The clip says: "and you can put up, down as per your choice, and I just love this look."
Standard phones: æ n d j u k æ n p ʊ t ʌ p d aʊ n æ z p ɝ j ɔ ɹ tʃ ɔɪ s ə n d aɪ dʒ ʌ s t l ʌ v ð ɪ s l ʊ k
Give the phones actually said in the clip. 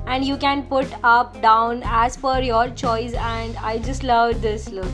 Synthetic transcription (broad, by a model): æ n d j u k æ n p ʊ t ʌ p d aʊ n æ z f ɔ j ɔ ɹ tʃ ɔɪ s ə n d aɪ dʒ ʌ s t l ʌ v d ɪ s l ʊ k